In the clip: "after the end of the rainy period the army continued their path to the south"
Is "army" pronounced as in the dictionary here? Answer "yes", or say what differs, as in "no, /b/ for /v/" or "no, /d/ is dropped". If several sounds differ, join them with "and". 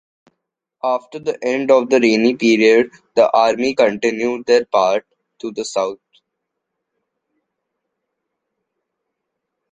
yes